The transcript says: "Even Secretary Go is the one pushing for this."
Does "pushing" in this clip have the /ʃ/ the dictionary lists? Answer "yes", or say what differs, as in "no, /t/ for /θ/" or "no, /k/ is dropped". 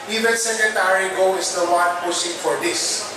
no, /s/ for /ʃ/